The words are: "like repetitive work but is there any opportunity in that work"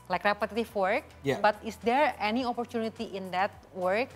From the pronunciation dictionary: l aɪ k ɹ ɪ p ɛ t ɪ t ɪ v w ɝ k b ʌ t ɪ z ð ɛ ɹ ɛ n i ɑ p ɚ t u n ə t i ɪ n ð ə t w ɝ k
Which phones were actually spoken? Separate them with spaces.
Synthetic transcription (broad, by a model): l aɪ k ɹ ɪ p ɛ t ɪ t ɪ f w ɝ k b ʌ t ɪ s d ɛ ɹ ɛ n i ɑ p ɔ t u n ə t i ɪ n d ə t w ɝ k